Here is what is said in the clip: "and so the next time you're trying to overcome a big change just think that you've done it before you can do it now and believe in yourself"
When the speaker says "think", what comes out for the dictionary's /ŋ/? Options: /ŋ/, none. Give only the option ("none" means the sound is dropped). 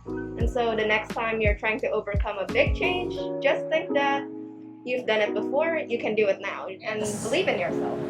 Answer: none